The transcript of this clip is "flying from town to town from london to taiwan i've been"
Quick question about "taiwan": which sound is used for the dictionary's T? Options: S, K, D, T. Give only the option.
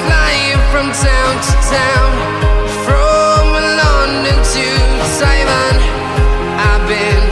S